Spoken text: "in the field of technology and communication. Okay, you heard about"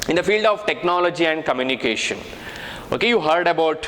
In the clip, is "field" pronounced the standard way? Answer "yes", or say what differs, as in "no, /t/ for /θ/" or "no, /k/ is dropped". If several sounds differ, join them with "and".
yes